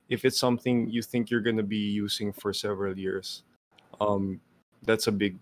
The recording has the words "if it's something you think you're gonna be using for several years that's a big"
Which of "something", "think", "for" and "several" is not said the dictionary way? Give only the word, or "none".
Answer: none